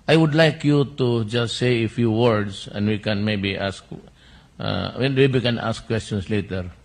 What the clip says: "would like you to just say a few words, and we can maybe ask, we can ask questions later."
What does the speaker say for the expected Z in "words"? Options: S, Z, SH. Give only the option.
S